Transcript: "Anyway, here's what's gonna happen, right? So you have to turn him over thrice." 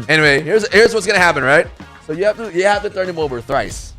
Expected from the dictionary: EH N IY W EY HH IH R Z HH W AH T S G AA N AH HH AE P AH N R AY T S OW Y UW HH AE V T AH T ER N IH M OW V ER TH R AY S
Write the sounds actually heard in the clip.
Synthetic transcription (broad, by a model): EH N IY W EY HH IH R Z HH W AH T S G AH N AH HH AE P AH N R AY T S OW Y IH HH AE F T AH T ER N IH M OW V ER TH R AY S